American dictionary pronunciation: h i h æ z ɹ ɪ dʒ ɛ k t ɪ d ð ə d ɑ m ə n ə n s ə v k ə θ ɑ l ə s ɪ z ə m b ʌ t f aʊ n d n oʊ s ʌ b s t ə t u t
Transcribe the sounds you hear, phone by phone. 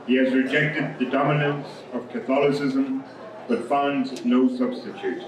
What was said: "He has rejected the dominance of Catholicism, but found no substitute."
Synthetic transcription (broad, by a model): h i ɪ z ɹ ɪ dʒ ɛ k t ɪ d ð ə d ɑ m ə n ə n s ə v k ə θ ɑ l ə s ɪ z ə m b ʌ t f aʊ n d n oʊ s ʌ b s t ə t u t